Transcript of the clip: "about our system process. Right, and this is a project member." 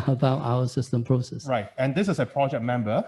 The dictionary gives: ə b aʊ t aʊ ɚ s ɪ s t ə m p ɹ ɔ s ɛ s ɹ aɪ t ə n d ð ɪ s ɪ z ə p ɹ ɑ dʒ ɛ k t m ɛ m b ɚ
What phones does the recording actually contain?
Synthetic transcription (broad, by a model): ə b aʊ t aʊ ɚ s ɪ s t ə m p ɹ ɔ s ɛ s ɹ aɪ t ə n d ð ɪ s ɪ s ə p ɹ ɑ dʒ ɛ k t m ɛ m b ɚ